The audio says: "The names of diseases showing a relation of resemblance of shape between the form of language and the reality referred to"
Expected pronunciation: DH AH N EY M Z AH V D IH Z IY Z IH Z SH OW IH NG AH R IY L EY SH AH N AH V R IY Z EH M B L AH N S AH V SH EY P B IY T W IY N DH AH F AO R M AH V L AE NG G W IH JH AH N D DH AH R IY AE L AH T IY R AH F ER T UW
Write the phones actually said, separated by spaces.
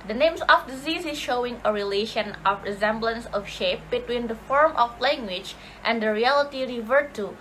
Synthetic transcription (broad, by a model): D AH N EY M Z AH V D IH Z IY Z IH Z SH OW IH NG AH R IY L EY SH AH N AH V R IY Z EH M B L AH N S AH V SH EY P B IY T W IY N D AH F AO R M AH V L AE NG G W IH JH AH N D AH R IY AE L AH T IY R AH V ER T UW